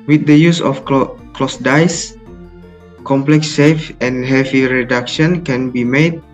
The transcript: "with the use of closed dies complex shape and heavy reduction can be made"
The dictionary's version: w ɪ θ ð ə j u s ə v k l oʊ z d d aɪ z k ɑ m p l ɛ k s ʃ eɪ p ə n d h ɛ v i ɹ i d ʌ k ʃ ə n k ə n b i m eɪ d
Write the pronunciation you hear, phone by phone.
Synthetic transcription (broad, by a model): w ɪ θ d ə j u s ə f k l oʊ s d d aɪ s k ɑ m p l ɛ k s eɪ f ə n h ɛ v i ɹ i d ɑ k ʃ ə n k ə n b i m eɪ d